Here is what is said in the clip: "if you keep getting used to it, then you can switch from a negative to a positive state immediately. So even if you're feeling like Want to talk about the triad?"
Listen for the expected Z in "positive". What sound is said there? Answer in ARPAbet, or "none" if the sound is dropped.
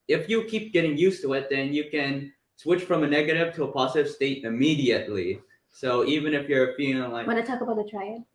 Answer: Z